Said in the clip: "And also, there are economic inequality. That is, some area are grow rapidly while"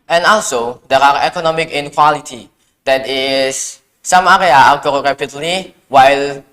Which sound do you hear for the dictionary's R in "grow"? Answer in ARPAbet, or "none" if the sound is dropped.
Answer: none